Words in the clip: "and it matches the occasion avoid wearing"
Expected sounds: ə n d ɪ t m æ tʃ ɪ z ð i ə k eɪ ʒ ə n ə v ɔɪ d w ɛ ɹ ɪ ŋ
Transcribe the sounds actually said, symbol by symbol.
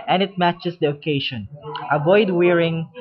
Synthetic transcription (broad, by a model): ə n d ɪ t m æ tʃ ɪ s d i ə k eɪ ʃ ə n ə v ɔɪ d w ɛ ɹ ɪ ŋ